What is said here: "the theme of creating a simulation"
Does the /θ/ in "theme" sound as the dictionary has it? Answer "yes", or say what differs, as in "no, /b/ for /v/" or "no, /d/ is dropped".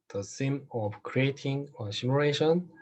no, /s/ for /θ/